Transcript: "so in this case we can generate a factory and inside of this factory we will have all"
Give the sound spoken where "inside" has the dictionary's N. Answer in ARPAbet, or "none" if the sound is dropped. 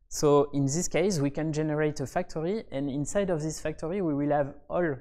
N